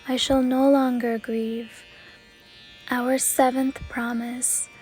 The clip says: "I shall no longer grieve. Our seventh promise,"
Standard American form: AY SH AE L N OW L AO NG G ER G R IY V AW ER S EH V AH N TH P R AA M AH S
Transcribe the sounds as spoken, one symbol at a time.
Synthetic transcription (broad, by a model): AY SH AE L N OW L AO NG G ER G R IY V AW ER S EH V AH N TH P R AA M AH S